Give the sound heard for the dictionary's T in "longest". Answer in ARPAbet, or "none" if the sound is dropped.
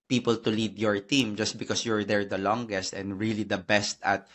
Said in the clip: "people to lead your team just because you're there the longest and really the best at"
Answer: T